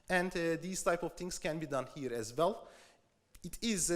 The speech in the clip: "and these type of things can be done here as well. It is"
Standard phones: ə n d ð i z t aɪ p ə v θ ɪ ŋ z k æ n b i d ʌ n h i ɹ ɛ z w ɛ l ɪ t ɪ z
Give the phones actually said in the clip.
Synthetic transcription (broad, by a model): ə n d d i s t aɪ p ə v t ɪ ŋ s k æ n b i d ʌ n h i ɹ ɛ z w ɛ l ɪ t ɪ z